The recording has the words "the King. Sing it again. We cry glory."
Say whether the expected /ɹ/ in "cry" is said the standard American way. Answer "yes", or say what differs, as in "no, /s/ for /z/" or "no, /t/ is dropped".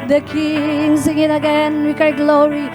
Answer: no, /ɹ/ is dropped